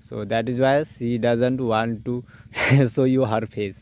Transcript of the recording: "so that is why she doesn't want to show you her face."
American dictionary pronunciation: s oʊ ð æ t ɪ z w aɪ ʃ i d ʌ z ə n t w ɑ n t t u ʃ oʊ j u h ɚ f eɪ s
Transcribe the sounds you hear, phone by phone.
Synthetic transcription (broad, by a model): s oʊ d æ t ɪ z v aɪ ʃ i d ʌ z ə n t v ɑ n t t u s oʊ j u h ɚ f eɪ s